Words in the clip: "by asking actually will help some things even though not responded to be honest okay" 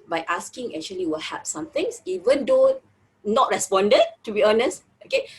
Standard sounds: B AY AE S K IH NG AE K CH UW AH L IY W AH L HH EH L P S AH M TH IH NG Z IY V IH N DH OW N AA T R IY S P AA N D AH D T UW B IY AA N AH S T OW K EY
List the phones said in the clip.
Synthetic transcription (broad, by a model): B AY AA S K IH NG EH K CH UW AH L IY W AH L HH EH P S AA M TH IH NG S IY V IH N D OW N AA T R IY S P AA N D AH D T UW B IY AA N AH S T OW K EY